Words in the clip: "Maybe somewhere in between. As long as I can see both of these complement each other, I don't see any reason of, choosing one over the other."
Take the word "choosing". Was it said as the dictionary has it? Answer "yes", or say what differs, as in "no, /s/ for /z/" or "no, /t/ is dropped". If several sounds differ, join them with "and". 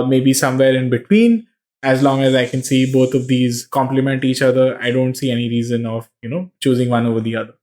yes